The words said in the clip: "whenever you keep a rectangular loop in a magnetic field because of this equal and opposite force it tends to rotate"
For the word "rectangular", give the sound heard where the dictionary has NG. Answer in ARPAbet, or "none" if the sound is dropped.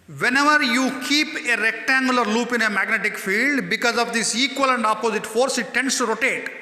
NG